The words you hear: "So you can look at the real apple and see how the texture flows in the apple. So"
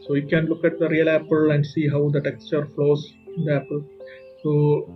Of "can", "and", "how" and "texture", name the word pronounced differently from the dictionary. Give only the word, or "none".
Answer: none